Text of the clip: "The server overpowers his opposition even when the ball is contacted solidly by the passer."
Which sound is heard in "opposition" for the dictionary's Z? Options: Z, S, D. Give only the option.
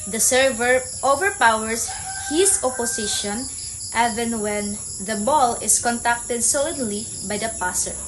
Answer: S